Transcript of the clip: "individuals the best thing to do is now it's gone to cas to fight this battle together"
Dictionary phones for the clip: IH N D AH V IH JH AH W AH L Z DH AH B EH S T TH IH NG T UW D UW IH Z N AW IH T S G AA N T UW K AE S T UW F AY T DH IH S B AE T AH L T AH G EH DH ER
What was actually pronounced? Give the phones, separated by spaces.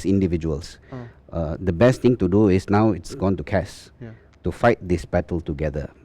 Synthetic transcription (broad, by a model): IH N D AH V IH JH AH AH L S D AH B EH S T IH NG T UW D UW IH S N AW IH T S G AA N T UW K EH S T UW F AY T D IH S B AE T AH L T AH G EH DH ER